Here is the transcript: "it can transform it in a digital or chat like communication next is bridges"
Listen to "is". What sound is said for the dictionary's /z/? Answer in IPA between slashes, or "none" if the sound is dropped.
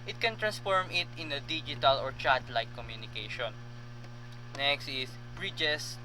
/s/